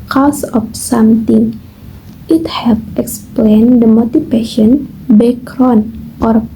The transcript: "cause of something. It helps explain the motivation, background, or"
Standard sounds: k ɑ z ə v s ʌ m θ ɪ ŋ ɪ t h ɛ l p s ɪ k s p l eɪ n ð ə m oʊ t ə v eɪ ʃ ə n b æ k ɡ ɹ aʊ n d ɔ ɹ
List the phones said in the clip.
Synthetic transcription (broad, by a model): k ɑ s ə f s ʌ m t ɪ ŋ ɪ t h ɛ l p ɪ k s p l eɪ n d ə m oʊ t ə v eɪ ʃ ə n b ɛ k ɹ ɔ n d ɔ ɹ